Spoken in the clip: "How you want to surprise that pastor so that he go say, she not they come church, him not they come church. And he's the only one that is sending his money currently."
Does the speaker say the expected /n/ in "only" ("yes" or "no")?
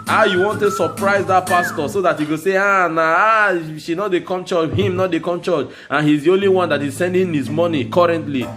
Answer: yes